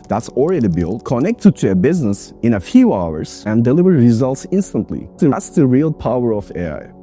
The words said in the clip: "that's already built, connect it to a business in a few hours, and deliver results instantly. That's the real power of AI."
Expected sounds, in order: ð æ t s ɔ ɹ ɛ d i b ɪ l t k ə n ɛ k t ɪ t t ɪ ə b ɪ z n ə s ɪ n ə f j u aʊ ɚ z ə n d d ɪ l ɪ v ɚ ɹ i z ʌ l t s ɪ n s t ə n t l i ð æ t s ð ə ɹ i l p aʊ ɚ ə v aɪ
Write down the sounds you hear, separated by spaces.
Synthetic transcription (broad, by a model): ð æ t s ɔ ɹ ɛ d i b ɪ l k ə n ɛ k t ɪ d t ɪ ə b ɪ z n ə s ɪ n ə f j u aʊ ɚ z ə n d d ɪ l ɪ v ɚ ɹ i z ʌ l t s ɪ n s t ə n t l i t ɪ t s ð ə ɹ i l p aʊ ɚ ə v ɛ